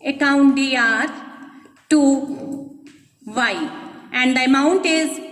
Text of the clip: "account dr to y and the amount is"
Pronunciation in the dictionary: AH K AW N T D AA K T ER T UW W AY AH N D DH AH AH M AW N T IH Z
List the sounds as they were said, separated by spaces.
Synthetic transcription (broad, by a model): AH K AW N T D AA T T UW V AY AH N D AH AH M AW N T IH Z